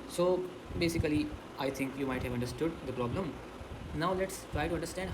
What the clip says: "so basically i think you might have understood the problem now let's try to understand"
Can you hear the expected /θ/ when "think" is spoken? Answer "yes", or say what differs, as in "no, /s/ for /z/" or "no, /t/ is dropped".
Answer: no, /t/ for /θ/